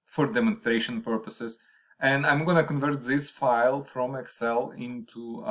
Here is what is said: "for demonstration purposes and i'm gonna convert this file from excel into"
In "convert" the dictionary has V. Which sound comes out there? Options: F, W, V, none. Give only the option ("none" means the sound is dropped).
V